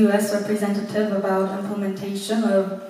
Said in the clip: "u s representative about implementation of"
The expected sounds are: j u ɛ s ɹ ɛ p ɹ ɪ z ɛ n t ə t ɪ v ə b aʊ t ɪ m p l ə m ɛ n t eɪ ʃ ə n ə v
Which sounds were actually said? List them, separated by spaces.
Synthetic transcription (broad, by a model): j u ɛ s ɹ ɛ p ɹ ɪ z ɛ n t ə t ɪ v ə b aʊ t ɪ m p l ə m ɛ n t eɪ ʃ ə n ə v